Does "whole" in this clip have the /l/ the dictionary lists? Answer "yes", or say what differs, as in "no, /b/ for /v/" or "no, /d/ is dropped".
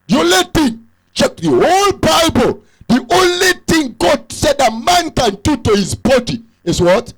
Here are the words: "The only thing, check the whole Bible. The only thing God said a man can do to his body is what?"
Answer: yes